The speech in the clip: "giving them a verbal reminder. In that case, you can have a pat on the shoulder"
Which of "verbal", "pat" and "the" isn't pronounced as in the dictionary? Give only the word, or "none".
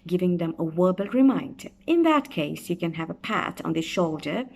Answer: verbal